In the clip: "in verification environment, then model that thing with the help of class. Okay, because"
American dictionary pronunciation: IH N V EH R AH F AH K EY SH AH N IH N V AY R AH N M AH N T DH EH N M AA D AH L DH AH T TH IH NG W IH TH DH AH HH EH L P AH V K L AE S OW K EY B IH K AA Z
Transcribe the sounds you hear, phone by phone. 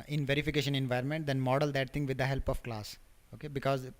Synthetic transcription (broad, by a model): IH N V EH R AH F AH K EY SH AH N IH N V AY R AH N M AH N T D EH N M AA D AH L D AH T T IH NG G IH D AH HH EH L P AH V K L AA S OW K EY B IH K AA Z